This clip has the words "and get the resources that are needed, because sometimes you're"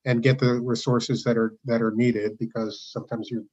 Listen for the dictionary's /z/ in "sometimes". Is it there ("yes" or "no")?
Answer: yes